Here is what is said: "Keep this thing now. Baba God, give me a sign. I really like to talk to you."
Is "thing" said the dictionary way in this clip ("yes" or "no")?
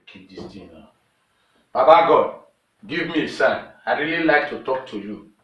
no